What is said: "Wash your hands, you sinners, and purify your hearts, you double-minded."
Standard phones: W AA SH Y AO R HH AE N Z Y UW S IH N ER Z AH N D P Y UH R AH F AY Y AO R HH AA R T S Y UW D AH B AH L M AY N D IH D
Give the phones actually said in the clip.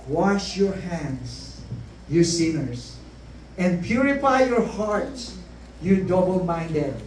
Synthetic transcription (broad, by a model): W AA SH Y AO R HH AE N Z Y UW S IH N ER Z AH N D P Y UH R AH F AY Y AO R HH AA R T Y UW D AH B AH L M AY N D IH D